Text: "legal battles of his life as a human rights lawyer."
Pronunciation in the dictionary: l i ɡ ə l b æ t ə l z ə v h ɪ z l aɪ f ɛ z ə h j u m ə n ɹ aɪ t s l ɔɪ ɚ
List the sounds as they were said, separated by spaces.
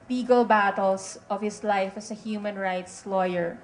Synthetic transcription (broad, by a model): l i ɡ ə l b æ t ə l s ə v h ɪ s l aɪ f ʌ s ə h j u m ə n ɹ aɪ t s l ɔɪ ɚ